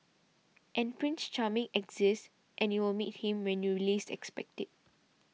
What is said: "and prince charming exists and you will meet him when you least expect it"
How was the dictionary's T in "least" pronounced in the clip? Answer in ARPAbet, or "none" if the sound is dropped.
none